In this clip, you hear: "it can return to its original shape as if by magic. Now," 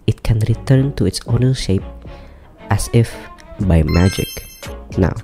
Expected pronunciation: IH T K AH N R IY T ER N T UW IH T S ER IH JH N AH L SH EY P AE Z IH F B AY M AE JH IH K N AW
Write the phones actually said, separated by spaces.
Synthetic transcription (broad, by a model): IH T K AH N R IY T ER N T UW IH T S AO N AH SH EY P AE S IH F B AY M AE JH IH K N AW